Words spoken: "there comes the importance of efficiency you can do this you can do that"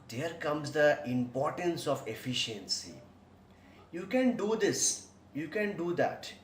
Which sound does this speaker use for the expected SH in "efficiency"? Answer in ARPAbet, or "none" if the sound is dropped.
SH